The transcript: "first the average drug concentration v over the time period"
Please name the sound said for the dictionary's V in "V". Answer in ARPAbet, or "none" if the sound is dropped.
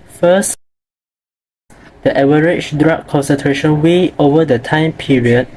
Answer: W